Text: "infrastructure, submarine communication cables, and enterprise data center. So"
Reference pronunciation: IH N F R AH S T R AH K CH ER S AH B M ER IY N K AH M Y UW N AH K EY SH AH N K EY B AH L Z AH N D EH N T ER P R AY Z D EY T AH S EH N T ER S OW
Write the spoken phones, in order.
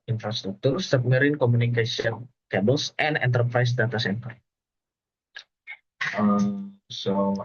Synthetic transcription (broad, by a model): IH N F R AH S T R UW K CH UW S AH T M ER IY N K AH M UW N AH K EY S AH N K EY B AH L S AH N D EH N T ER P R AY S D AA T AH S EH N T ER S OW